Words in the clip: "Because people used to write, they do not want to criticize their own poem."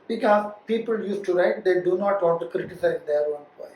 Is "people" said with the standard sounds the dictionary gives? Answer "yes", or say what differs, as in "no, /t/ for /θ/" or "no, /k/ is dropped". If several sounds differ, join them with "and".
yes